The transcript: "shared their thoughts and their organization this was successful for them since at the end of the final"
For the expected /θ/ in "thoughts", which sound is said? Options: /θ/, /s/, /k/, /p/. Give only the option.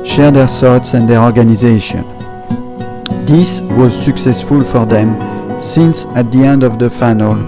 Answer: /s/